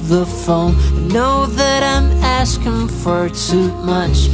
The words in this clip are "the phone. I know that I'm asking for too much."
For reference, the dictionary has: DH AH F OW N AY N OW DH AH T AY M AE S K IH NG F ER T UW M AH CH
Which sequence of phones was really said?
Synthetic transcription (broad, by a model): DH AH F OW UH N OW DH AH T AY M AE S K IH NG F ER T UW M AH CH